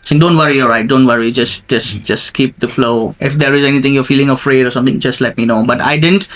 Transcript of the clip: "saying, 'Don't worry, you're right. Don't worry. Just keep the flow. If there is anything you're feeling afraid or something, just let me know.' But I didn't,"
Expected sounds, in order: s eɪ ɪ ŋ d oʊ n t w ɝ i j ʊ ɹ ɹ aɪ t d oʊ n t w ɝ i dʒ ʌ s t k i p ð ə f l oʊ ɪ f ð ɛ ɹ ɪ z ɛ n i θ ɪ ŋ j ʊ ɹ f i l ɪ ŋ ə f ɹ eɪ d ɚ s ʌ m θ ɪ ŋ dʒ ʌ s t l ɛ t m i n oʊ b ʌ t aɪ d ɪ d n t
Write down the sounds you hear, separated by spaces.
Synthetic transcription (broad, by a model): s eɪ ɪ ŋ d oʊ n t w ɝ i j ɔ l ɹ aɪ t d oʊ n t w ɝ i dʒ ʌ s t k i p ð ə f l oʊ ɪ f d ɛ ɹ ɪ z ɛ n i t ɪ ŋ j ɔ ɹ f i l ɪ ŋ ə f ɹ eɪ d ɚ s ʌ m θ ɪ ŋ dʒ ʌ s t l ɛ t m i n oʊ b ʌ t aɪ d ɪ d n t